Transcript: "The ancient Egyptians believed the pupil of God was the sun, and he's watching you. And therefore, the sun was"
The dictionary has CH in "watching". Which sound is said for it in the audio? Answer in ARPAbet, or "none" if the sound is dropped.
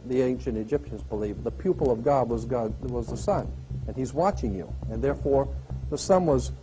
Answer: CH